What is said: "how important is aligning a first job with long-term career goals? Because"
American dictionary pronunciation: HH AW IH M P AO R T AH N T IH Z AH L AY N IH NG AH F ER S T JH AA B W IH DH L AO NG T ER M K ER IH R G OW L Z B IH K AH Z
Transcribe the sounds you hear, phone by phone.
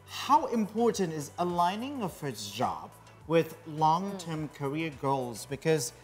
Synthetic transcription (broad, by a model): HH AW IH M P AO R T N T IH Z AH L AY N IH NG AH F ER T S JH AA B W IH DH L AO NG T ER M K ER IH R G OW L Z B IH K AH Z